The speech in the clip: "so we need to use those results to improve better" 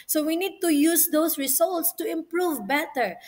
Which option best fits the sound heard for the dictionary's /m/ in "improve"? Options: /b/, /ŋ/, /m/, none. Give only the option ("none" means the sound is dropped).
/m/